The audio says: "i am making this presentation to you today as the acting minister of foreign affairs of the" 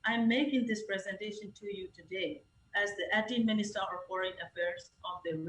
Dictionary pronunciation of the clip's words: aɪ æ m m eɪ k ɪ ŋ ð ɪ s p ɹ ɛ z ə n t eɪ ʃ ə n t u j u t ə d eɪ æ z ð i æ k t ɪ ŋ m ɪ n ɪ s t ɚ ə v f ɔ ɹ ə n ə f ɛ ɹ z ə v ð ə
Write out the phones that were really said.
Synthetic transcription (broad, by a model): aɪ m m eɪ k ɪ ŋ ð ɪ s p ɹ ɛ z ə n t eɪ ʃ ə n t u j u t ə d eɪ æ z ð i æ t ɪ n m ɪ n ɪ s t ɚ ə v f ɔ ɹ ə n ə f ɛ ɹ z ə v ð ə